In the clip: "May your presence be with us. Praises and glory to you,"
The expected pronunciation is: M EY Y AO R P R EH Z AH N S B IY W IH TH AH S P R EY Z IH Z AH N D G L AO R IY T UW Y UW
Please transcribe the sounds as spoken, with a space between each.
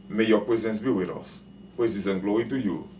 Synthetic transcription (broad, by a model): M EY Y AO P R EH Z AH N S B IY W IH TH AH S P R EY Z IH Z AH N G L AO IY T UW Y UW